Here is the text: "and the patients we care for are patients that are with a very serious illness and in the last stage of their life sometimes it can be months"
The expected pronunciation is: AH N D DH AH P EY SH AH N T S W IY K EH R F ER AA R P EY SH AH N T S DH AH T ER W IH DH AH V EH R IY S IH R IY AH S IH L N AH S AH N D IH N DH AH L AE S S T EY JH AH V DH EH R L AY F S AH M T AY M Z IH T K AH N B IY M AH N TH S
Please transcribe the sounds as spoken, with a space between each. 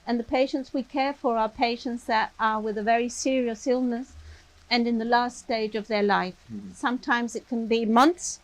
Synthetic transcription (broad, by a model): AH N DH AH P EY SH AH N T S W IY K EH R F ER AA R P EY SH AH N T S DH AH T ER W IH DH AH V EH R IY S IH R IY AH S IH L N AH S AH N IH N DH AH L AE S S T EY JH AH V DH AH R L AY F S AH M T AY M Z IH T K AH N B IY M AH N TH S